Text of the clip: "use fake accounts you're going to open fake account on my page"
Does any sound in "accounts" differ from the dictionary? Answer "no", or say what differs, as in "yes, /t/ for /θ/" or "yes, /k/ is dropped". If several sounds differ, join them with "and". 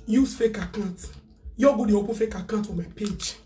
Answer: yes, /s/ is dropped